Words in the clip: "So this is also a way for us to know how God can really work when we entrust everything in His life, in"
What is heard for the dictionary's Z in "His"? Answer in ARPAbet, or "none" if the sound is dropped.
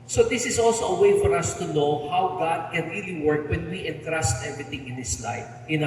S